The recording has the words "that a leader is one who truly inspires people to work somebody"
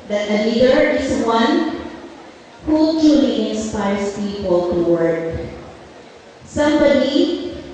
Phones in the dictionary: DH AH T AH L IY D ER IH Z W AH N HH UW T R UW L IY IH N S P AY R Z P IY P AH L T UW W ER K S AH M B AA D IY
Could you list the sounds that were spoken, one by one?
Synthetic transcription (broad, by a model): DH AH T AH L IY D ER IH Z W AH N HH UW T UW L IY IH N S P AY R S P IY P AH L T UW W ER K S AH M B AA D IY